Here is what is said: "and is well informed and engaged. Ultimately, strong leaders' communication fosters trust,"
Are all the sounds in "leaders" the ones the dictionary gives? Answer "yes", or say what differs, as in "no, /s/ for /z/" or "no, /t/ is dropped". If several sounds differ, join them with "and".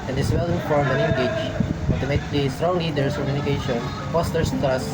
no, /s/ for /z/